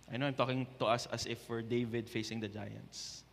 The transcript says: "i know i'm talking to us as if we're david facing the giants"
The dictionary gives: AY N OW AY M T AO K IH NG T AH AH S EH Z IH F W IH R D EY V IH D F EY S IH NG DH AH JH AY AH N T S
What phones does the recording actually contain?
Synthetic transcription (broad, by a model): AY N OW AY M T AO K IH NG T AH AH S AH S IH F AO R D EY V IH D F EY S IH NG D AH JH AY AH N T S